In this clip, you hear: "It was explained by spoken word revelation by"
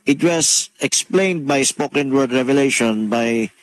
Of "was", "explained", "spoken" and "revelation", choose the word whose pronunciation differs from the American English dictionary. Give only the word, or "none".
was